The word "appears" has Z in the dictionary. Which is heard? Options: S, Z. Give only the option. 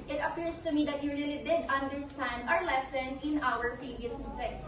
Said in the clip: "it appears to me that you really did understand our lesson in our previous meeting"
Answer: S